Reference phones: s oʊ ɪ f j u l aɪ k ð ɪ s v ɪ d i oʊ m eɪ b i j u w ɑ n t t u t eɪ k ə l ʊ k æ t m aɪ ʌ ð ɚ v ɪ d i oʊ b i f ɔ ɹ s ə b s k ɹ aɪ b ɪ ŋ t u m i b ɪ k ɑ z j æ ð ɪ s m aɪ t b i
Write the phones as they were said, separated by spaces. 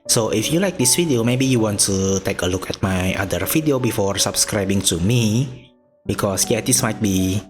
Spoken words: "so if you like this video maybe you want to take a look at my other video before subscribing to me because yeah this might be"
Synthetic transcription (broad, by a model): s oʊ ɪ f j u l aɪ k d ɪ s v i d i oʊ m eɪ b i j u w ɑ n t t u t eɪ k ə l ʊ k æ t m aɪ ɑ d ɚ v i d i oʊ b i f ɔ ɹ s ə b s k ɹ aɪ b ɪ ŋ t u m i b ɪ k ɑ s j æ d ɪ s m aɪ t b i